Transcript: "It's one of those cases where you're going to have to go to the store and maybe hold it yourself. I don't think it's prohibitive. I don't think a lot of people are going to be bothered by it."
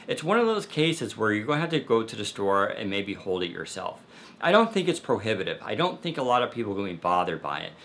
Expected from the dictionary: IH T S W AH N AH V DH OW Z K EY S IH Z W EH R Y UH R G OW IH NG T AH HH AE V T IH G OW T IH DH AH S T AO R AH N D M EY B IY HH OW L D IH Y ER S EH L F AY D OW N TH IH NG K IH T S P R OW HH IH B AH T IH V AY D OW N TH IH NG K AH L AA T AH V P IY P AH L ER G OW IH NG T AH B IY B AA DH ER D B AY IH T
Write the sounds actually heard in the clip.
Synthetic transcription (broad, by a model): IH T S W AH N AH V DH OW Z K EY S IH Z W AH R Y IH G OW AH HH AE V T IH G OW T IH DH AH S T AO R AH N M EY B IY HH OW L D IH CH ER S EH L F AY D OW N TH IH NG K IH T S P R OW HH IH B AH T IH V AY D OW N TH IH NG K AH L AA T AH V P IY P L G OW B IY B AA DH ER D B AY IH T